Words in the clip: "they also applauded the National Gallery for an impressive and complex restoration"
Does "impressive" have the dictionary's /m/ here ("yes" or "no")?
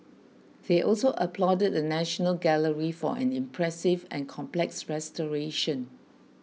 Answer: yes